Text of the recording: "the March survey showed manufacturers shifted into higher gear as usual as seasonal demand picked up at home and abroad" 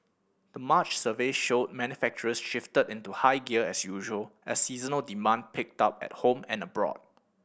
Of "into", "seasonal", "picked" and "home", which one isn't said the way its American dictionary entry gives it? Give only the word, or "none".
none